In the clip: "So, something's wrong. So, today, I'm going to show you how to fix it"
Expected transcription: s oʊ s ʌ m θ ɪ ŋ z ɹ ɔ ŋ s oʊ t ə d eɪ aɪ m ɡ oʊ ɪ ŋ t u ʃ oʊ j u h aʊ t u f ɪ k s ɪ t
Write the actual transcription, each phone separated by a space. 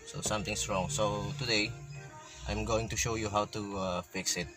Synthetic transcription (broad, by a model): s oʊ s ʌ m t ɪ ŋ s ɹ ɔ ŋ s oʊ t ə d eɪ aɪ m ɡ oʊ ɪ ŋ t u ʃ oʊ j u h aʊ t u f ɪ k s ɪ t